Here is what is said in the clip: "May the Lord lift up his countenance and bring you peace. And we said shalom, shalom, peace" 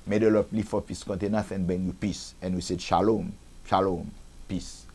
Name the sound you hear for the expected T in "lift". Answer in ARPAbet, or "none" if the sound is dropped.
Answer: none